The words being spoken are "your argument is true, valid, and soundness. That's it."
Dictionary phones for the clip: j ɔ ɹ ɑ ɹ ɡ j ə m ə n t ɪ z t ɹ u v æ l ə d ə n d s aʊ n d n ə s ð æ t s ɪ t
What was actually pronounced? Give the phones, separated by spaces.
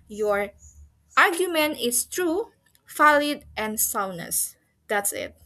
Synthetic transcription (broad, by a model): j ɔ ɹ ɑ ɹ ɡ j ə m ə n t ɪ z t ɹ u f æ l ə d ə n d s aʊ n n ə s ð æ t s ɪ t